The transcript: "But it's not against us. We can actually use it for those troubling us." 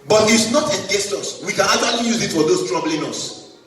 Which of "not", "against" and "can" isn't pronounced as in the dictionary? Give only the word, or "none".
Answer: against